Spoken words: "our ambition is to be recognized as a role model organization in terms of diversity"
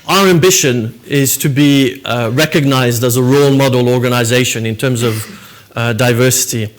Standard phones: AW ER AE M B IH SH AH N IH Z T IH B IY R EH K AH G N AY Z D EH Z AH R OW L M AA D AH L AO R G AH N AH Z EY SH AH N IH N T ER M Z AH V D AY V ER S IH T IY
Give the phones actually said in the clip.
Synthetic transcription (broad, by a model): AW ER AE M B IH SH AH N IH Z T IH B IY R EH K AH G N AY Z D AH Z AH R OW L M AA D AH L AO R G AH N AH Z EY SH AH N IH N T ER M Z AH V D AY V ER S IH T IY